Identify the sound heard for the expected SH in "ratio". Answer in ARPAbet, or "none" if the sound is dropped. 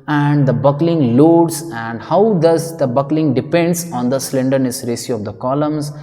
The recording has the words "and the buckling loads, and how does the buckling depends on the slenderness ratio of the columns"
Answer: S